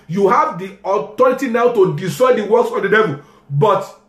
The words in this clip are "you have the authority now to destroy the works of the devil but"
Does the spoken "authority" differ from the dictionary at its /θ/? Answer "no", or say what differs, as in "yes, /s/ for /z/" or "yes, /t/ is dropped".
yes, /t/ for /θ/